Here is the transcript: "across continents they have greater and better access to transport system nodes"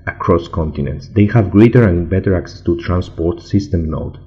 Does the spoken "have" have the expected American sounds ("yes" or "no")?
yes